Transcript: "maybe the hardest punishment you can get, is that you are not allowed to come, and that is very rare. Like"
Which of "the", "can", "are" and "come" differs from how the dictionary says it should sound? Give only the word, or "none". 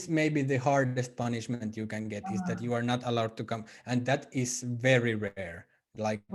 none